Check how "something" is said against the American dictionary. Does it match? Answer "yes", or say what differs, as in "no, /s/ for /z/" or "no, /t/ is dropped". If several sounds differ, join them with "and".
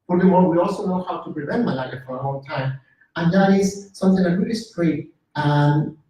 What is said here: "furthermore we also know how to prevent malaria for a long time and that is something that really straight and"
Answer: yes